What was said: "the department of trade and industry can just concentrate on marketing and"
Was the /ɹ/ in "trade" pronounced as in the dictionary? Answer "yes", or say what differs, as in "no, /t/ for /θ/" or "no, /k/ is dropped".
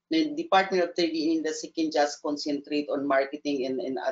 no, /ɹ/ is dropped